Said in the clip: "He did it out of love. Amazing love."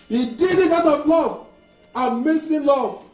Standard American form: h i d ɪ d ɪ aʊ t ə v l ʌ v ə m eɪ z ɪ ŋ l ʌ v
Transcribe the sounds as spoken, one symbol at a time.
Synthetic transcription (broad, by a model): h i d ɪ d ɪ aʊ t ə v l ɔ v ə m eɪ s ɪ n l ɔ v